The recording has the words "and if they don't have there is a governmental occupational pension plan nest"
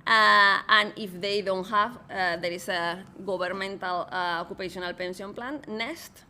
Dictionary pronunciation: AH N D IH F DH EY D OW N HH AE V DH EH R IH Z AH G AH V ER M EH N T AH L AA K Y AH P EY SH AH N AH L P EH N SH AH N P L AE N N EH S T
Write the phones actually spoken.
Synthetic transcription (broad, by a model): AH N IH F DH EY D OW N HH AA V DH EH R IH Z AH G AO B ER M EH N T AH L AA K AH P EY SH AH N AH L P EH N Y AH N P L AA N N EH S T